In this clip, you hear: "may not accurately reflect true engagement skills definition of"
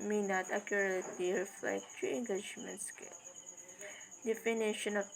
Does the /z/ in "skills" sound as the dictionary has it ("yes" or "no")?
no